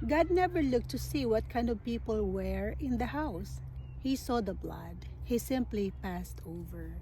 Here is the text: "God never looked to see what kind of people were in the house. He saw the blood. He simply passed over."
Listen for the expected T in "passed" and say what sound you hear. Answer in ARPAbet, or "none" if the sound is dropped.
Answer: T